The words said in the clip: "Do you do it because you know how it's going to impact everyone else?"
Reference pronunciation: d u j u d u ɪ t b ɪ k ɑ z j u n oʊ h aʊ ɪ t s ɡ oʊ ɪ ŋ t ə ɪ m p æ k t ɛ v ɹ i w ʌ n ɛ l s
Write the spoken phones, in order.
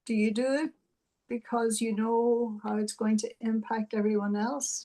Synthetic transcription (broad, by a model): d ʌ j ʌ d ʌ ɪ t b ɪ k ɑ z j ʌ n oʊ h aʊ ɪ t s ɡ oʊ ɪ ŋ t ə ɪ m p æ k t ɛ v ɹ i w ʌ n ɛ l s